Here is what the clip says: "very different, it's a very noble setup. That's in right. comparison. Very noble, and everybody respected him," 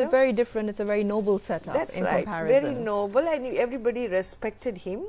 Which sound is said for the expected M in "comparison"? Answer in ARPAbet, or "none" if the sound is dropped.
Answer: none